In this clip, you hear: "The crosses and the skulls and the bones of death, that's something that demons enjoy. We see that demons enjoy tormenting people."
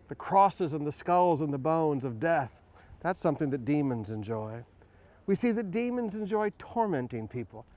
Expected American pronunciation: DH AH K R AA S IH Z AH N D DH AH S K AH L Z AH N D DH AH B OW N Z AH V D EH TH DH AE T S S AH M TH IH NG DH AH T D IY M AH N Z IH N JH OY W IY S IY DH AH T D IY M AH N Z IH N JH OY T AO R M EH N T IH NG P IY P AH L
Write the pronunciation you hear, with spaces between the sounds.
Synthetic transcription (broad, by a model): DH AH K R AA S IH Z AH N DH AH S K AH L Z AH N DH AH B OW N Z AH V D EH TH DH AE T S S AH M TH IH NG DH AH T D IY M AH N Z IH N JH OY W IY S IY DH AH T D IY M AH N Z IH N JH OY T AO R M EH N T IH NG P IY P L